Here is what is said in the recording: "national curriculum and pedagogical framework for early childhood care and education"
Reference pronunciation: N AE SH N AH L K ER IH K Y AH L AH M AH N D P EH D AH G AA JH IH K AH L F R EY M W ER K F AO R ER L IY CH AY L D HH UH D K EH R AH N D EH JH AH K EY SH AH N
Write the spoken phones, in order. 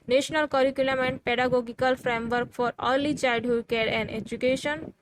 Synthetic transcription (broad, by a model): N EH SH N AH L K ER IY K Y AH L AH M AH N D P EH D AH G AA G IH K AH L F R EY M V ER K F AO R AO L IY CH AY D HH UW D K EH R AH N D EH JH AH K EY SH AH N